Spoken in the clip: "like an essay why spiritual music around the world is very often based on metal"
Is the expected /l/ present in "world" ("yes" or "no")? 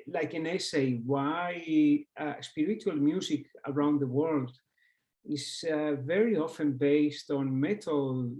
yes